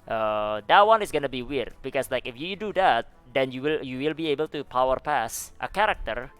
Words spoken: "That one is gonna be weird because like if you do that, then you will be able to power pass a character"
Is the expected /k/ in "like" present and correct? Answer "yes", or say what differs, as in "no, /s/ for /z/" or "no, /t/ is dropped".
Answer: yes